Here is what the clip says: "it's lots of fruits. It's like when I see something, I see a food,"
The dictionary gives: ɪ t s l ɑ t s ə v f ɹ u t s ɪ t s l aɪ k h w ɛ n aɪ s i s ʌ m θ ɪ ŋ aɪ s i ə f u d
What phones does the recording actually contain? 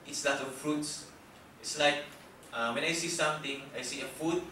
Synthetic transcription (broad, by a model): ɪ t s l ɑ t ə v f ɹ u t s ɪ t s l aɪ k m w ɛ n aɪ s i s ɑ m t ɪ ŋ aɪ s i ə f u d